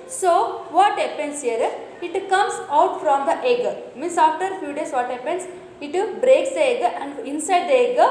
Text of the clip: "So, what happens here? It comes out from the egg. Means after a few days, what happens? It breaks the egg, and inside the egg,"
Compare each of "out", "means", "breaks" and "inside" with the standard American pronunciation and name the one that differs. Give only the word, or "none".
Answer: means